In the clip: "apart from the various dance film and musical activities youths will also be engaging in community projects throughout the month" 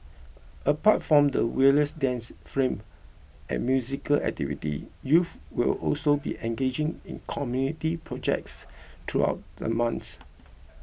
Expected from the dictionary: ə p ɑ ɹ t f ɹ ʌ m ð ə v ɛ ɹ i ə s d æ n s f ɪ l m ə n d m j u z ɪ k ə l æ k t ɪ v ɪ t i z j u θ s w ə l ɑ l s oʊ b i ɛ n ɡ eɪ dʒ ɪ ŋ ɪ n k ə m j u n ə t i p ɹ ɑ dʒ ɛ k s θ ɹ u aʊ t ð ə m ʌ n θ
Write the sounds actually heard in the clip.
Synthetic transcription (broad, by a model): ə p ɑ t f ɹ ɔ m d ə w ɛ i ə s d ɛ n s f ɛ m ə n m j u z ɪ k ə l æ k t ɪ v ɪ t i j u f w ə l ɑ l s oʊ b i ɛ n ɡ eɪ dʒ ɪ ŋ ɪ n k ə m j u n ə t i p ɹ ɑ dʒ ɛ k s t ɹ u aʊ t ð ə m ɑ n s